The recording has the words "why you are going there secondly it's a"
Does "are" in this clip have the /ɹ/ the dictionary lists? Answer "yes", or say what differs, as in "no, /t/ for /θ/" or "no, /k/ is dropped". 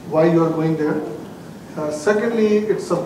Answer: yes